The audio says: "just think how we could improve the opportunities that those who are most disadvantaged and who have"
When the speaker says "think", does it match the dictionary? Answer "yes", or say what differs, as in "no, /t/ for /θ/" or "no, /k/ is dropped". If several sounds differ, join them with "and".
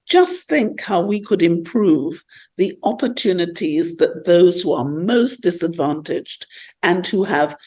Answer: yes